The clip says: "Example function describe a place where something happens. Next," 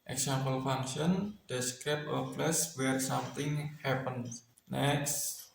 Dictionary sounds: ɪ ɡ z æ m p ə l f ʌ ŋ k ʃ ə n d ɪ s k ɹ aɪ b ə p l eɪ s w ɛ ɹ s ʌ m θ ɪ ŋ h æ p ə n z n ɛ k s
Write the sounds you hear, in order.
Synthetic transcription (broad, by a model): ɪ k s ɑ m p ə l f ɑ ŋ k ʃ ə n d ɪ s k ɹ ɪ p ə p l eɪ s w ɛ ɹ s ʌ m t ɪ ŋ h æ p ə n n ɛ k s